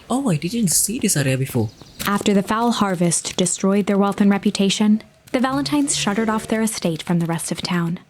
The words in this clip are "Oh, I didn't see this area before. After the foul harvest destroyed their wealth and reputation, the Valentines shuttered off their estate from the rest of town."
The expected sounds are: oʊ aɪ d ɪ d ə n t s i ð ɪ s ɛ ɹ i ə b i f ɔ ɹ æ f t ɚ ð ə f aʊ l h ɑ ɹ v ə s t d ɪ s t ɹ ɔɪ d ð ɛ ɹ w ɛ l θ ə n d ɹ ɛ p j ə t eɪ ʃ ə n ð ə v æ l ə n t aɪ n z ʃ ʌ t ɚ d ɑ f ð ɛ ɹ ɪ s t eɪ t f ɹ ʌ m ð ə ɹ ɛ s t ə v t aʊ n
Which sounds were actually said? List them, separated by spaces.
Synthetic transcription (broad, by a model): oʊ aɪ d ɪ d ə n t s i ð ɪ s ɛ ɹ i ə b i f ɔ æ f t ɚ ð ə f aʊ l h ɑ ɹ v ə s t d ɪ s t ɹ ɔɪ d ð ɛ ɹ w ɛ l θ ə n ɹ ɛ p j ə t eɪ ʃ ə n ð ə v æ l ə n t aɪ n z ʃ ʌ t ɚ d ɑ f ð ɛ ɹ ɪ s t eɪ t f ɹ ʌ m ð ə ɹ ɛ s t ə v t aʊ n